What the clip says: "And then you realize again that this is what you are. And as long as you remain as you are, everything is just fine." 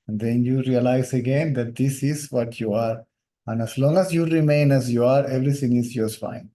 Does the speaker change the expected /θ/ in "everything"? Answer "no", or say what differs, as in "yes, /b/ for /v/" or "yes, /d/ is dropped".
yes, /t/ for /θ/